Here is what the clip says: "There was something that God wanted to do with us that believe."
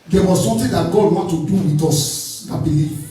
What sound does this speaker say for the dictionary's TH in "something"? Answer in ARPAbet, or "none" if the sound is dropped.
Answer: T